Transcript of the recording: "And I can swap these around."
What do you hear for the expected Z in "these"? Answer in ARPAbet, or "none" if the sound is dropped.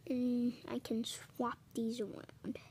Z